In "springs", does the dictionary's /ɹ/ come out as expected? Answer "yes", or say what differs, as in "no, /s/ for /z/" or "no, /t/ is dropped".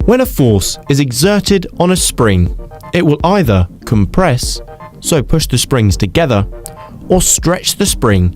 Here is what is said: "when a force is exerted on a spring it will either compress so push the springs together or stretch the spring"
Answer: yes